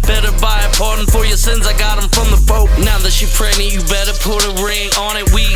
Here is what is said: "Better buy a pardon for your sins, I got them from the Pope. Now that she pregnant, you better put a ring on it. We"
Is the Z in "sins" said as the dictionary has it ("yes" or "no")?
yes